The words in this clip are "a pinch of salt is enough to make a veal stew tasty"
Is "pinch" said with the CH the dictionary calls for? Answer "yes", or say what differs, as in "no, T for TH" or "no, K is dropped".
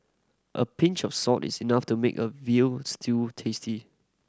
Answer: yes